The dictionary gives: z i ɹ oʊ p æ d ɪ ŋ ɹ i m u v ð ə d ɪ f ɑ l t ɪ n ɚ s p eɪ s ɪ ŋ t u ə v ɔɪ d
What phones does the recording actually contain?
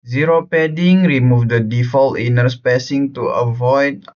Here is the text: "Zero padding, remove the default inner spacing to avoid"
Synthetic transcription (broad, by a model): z i ɹ oʊ p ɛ d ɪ ŋ ɹ i m u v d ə d ɪ f ɑ l t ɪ n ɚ s p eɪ s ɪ ŋ t u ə v ɔɪ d